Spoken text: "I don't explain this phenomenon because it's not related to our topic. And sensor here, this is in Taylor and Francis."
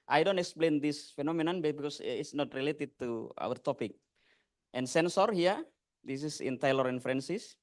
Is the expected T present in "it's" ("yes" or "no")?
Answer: no